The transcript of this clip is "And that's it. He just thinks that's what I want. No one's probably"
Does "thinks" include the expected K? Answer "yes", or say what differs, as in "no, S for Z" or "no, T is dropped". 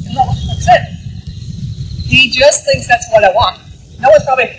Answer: yes